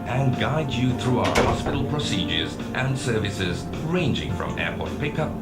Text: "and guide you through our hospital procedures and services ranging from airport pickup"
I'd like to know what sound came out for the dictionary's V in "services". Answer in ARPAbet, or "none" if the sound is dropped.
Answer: V